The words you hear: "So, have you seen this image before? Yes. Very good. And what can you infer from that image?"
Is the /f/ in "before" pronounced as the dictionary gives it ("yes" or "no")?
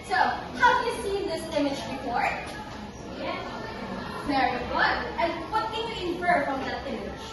no